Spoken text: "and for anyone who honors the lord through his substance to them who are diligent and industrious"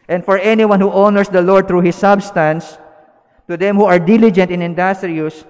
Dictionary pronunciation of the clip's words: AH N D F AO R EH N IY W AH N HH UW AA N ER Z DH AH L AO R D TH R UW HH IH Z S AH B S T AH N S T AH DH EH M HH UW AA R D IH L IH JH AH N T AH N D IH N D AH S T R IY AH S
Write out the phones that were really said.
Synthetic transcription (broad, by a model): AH N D F AO R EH N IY W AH N HH UW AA N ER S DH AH L AO R D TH R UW HH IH S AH B S T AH N S T AH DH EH M HH UW AA R D IH L IH JH AH N T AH N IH N D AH S T R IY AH S